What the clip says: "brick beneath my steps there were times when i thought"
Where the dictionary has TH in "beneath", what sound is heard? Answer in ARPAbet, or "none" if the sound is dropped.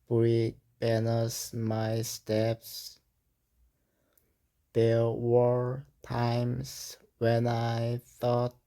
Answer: S